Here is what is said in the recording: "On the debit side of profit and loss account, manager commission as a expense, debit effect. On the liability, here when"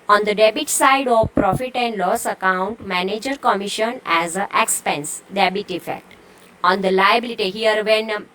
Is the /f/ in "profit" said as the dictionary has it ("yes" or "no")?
yes